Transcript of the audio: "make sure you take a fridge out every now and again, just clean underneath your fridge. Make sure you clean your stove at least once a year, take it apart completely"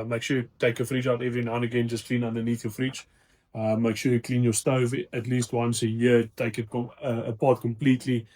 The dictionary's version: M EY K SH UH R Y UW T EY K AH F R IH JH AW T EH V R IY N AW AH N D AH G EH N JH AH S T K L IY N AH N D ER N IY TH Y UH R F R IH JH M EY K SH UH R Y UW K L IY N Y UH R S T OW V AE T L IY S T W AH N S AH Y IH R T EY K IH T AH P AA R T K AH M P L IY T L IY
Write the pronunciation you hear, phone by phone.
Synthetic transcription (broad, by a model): M EY K SH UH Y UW T EY K AH F R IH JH AW T EH V R IY N AW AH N AH G EH N JH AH S K L IY N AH N D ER N IY TH Y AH F R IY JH M EY K SH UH Y UW K L IY N Y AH S T OW V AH T L IY S T W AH N S AH Y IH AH T EY K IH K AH P AA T K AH M P L IY T L IY